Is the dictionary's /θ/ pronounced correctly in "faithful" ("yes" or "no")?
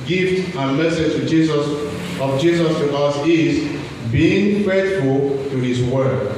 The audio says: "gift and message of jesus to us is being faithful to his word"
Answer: no